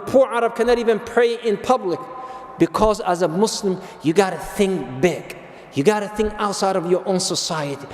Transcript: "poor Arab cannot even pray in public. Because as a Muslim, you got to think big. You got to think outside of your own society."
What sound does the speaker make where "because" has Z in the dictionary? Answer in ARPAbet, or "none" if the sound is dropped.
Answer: Z